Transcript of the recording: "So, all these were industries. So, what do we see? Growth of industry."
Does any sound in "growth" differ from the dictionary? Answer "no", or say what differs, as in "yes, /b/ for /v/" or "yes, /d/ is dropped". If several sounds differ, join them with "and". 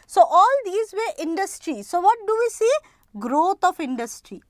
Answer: yes, /t/ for /θ/